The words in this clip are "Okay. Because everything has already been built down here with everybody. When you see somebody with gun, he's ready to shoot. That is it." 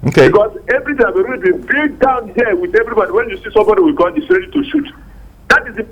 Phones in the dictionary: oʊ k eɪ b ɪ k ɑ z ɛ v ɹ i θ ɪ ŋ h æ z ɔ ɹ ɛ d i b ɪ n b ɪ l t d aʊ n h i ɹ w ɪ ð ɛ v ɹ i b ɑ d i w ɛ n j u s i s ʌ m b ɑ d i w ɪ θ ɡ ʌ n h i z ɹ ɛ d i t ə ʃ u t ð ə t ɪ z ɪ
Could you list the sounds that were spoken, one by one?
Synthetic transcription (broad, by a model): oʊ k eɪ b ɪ k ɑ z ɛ v ɹ i t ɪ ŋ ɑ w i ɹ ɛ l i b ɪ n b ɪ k d aʊ n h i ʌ w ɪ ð ɛ v ɹ i b ɑ d i w ɛ n j u s i s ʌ m b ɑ d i w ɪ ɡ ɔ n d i s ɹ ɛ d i t ə ʃ u t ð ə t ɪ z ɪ